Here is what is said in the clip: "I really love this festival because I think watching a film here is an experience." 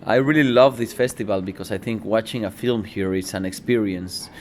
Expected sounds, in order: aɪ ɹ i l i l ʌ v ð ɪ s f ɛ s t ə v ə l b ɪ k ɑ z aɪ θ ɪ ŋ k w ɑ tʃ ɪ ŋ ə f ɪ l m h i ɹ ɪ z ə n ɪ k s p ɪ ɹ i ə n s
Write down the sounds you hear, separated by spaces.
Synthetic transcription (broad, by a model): aɪ ɹ i l i l ʌ v ð ɪ s f ɛ s t ə v ə l b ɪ k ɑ s aɪ θ ɪ ŋ k w ɑ tʃ ɪ ŋ ə f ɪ l m h i ɹ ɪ s ə n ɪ k s p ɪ ɹ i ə n s